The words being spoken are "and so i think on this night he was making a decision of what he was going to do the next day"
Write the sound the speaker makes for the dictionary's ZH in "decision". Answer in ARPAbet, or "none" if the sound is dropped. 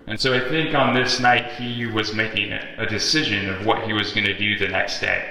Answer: ZH